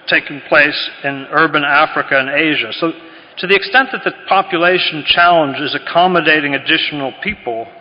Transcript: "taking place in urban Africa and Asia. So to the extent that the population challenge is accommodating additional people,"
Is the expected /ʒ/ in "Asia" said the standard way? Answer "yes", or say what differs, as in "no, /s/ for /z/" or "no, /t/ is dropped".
yes